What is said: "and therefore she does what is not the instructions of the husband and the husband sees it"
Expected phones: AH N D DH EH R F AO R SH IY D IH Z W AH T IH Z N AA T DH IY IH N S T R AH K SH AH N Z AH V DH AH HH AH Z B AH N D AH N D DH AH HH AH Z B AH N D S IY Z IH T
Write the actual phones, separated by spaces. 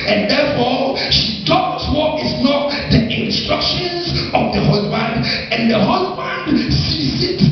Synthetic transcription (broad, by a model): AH N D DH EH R F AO SH IY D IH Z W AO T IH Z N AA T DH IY IH N S T R AH K SH AH N Z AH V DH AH HH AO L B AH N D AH N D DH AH HH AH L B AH N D S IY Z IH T